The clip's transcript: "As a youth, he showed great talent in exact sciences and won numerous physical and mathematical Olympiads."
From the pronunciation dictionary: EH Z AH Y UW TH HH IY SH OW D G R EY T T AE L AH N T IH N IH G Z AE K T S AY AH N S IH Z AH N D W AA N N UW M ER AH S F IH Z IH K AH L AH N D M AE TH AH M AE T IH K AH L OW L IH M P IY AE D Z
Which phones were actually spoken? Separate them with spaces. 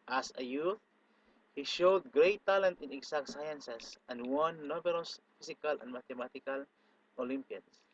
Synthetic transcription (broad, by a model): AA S AH Y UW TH HH IY SH OW D G R EY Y T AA L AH N T IH N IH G S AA K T S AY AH N S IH S AH N D W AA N N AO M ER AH S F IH S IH K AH L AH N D M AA T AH M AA T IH K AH L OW L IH M P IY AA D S